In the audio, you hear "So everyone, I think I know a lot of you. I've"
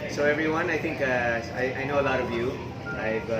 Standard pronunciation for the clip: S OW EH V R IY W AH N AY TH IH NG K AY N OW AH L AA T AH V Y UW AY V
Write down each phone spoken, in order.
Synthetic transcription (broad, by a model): S OW EH V R IY W AH N AY T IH NG K AY N OW AH L AA T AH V Y UW AY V